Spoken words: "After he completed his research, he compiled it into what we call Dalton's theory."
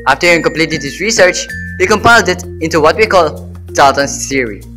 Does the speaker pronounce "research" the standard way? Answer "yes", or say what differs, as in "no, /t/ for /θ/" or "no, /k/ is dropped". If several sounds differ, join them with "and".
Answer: yes